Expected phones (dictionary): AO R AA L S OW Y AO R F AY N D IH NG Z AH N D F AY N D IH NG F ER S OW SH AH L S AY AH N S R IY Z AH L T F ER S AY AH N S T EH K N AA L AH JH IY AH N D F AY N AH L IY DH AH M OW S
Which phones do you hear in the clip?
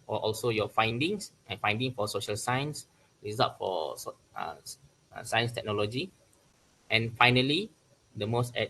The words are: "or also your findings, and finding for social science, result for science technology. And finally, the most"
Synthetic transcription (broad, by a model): AO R AA L S OW Y AO F AY N D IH NG S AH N F AY N D IH NG F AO S OW SH AH L S AY AH N S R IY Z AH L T F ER S AY AH N S T EH K N AA L AH JH IY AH N F AY N AH L IY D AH M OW S